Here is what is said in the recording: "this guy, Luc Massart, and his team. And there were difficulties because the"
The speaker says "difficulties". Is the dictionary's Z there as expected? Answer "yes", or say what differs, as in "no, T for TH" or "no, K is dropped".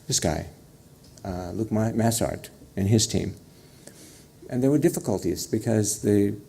yes